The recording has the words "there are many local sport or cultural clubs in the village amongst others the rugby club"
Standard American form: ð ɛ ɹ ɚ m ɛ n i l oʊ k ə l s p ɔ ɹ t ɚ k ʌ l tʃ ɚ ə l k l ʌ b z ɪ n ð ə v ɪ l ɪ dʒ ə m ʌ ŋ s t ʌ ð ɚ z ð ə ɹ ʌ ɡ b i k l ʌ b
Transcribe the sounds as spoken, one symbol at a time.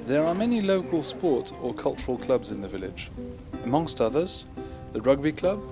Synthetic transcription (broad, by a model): ð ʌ ɹ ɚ m ɛ n i l oʊ k ə l s p ɔ ɹ t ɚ k ʌ l tʃ ɚ ə l k l ʌ b z ɪ n ð ə v ɪ l ɪ dʒ ə m ʌ ŋ s t ʌ ð ɚ z ð ə ɹ ʌ ɡ b i k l ʌ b